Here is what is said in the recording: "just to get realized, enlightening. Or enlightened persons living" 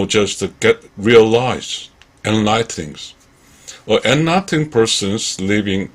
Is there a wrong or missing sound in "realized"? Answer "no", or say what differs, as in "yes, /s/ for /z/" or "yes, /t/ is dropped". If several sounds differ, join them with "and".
yes, /d/ is dropped